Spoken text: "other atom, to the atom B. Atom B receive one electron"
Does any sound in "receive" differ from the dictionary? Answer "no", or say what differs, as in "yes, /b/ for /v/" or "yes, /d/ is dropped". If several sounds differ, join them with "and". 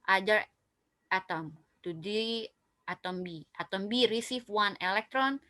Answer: yes, /f/ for /v/